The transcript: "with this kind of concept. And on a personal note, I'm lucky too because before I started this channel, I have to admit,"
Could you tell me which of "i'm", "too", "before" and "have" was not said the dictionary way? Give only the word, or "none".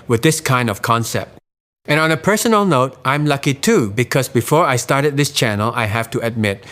have